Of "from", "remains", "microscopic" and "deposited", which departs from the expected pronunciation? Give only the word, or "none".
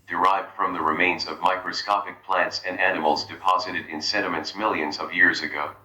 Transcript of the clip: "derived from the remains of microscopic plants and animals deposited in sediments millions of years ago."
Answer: none